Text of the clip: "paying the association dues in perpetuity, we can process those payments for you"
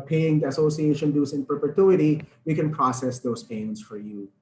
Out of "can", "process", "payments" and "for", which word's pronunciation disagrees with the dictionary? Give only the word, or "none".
payments